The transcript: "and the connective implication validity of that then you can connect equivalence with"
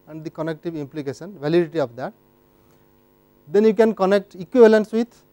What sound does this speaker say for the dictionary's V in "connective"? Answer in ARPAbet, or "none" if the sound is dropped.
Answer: V